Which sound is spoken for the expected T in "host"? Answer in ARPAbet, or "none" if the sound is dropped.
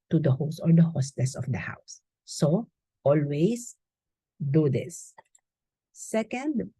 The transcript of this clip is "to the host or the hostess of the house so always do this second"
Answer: none